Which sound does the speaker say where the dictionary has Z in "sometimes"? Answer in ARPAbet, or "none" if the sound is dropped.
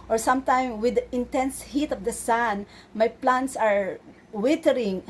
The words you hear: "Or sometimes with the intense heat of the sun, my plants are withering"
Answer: none